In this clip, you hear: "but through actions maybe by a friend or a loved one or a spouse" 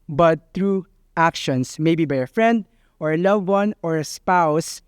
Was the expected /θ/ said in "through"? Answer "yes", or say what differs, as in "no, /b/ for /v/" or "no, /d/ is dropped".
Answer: no, /t/ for /θ/